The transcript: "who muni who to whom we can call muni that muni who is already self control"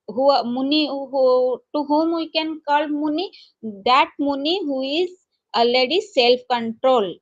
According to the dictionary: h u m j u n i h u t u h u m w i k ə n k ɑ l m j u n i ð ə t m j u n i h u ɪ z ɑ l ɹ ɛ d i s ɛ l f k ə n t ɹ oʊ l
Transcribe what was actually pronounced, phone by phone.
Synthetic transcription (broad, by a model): h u m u n i h u t u h u m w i k ə n k ɑ l m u n i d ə t m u n i h u ɪ z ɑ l ɛ d i s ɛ l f k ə n t ɹ oʊ l